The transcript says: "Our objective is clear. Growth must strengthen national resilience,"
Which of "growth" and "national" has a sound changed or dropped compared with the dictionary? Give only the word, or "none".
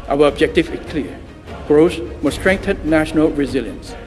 growth